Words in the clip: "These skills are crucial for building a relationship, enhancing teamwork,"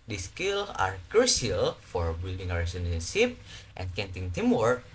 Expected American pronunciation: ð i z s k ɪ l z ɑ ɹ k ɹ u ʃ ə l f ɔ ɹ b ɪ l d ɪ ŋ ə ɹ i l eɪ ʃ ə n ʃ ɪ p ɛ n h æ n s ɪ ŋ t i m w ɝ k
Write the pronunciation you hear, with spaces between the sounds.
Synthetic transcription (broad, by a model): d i s k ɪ l s ɑ ɹ k ɹ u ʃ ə l f ɔ ɹ b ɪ l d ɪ ŋ ə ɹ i n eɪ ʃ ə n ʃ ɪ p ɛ n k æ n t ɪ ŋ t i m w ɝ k